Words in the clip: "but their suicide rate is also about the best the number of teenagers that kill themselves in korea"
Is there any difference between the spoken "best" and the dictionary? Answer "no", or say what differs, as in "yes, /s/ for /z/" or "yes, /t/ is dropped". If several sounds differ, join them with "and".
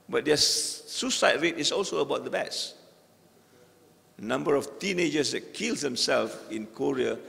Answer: yes, /s/ is dropped